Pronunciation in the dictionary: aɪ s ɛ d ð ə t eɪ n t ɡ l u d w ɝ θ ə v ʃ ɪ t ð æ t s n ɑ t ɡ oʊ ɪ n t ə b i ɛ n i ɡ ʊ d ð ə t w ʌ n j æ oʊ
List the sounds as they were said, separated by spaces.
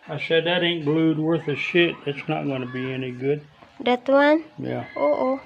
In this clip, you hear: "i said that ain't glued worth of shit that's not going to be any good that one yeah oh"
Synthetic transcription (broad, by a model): aɪ s ɛ d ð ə t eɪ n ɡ l u d w ɝ θ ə ʃ ɪ t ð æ t s n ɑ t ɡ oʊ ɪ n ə b i ɛ n i ɡ ʊ d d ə t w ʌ n j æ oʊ